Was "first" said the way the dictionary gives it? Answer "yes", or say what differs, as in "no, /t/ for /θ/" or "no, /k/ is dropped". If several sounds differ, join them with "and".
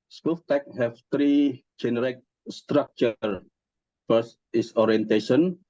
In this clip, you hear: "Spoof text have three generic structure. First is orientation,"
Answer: no, /t/ is dropped